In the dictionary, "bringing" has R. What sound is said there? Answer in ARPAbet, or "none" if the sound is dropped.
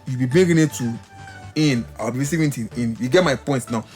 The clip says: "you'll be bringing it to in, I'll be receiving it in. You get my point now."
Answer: none